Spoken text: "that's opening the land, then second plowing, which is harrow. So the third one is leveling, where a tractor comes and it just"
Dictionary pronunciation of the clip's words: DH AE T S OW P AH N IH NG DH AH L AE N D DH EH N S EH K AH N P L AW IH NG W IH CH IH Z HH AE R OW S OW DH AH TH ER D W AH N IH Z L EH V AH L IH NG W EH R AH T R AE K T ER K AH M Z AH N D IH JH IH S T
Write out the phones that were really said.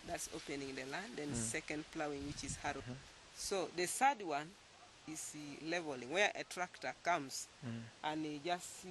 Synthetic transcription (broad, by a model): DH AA T S OW P AH N IH NG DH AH L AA N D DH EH N S EH K AH N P L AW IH NG W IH CH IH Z HH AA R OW S OW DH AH S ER D W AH N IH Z L EH V AH L IH NG W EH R AH T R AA K T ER K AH M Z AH N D IH JH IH S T